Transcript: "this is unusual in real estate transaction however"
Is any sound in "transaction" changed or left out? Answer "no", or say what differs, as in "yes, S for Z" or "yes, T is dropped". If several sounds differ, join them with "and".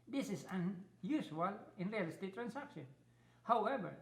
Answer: yes, S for Z